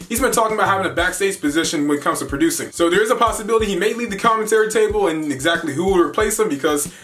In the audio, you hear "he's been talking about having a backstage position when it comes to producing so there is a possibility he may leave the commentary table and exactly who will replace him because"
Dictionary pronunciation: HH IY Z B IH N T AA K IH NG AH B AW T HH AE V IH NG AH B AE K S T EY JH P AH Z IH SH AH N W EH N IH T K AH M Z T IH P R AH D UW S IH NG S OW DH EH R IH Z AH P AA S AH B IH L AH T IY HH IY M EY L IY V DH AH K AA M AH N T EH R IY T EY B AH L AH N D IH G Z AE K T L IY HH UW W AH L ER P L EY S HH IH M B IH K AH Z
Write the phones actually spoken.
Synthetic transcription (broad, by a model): HH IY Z B IH N T AA K IH NG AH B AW T HH AE V IH NG AH B AE K S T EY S P AH Z IH SH AH N W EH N IH T K AH M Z T IH P R AH D UW S IH NG S OW DH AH R IH Z AH P AA S AH B IH L AH T IY HH IY M EY L IY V DH AH K AA M AH N T EH R IY T EY B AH L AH N IH G Z AE K T L IY HH UW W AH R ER P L EY S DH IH M B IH K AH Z